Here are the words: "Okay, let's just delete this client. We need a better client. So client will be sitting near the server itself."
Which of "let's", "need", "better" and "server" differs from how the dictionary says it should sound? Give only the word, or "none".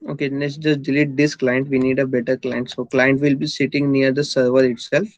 let's